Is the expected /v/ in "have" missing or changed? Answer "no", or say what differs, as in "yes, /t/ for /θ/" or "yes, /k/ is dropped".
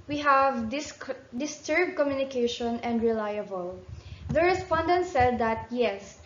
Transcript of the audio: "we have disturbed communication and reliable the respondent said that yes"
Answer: no